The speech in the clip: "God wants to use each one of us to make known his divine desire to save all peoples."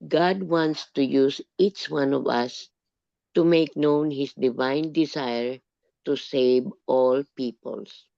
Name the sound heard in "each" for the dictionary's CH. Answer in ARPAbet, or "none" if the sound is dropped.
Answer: CH